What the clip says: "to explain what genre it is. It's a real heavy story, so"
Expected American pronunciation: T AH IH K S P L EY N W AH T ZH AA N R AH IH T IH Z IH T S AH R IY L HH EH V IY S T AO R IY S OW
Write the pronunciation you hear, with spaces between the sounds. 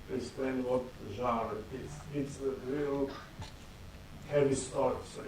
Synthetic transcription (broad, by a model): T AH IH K S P L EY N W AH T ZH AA R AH IH T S IH T S AH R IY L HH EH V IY S T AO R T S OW